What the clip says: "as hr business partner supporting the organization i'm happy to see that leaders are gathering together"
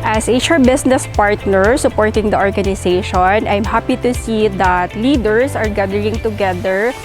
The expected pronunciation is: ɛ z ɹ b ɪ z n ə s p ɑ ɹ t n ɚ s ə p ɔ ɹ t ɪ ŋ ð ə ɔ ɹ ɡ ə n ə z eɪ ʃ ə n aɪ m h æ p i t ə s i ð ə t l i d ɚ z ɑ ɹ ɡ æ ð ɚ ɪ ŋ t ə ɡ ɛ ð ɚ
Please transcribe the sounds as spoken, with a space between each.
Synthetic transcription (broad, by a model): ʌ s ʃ b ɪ s n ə s p ɑ ɹ t n ɚ s ə p ɔ ɹ t ɪ ŋ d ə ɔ ɹ ɡ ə n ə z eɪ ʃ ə n aɪ m h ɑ p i t ə s i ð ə t l i d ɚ s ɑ ɹ ɡ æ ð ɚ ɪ ŋ t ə ɡ ɛ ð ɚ